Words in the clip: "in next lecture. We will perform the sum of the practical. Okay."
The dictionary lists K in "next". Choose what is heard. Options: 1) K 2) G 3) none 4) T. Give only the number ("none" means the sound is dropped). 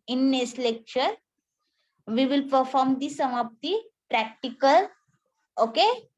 3